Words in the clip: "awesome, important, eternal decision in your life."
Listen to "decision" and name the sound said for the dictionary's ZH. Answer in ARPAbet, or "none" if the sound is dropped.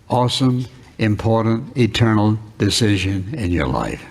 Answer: ZH